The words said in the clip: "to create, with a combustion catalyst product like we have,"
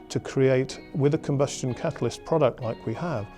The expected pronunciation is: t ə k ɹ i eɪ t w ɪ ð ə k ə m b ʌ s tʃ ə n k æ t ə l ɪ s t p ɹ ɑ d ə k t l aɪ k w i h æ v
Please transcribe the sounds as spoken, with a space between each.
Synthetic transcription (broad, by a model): t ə k ɹ i eɪ t w ɪ ð ə k ə m b ʌ s tʃ ə n k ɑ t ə l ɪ s p ɹ ɑ d ə k t l aɪ k w i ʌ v